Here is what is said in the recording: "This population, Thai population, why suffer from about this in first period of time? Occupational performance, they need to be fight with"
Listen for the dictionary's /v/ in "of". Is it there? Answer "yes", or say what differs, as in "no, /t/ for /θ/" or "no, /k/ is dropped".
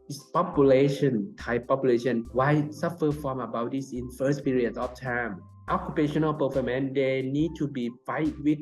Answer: no, /f/ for /v/